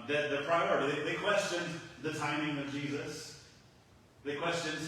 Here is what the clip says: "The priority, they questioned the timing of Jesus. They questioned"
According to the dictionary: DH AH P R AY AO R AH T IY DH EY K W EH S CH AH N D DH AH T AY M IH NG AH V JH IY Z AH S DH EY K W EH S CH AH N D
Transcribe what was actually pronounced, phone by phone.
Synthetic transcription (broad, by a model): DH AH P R AY AO R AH T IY DH EY K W EH S CH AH N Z DH AH T AY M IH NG AH V JH IY Z AH S DH EY K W EH S CH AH N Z